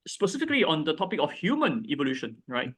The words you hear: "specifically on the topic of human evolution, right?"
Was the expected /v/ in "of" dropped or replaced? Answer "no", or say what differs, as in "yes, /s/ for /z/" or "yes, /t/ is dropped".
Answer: yes, /f/ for /v/